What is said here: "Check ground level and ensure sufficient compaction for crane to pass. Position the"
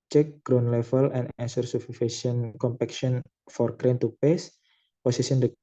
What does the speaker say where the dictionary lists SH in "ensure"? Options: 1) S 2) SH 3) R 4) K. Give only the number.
1